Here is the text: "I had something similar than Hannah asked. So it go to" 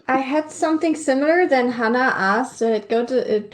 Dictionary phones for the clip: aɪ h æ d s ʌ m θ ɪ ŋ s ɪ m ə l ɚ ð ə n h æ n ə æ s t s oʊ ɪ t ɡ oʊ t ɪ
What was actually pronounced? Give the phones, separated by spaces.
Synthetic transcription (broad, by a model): aɪ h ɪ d s ʌ m θ ɪ ŋ s ɪ m l ɚ ð ə n h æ n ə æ s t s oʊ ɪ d ɡ oʊ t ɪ